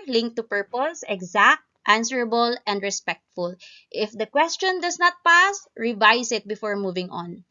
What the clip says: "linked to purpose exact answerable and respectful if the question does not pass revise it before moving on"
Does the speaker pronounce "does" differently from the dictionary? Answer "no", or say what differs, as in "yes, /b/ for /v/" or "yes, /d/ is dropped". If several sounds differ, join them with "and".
yes, /s/ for /z/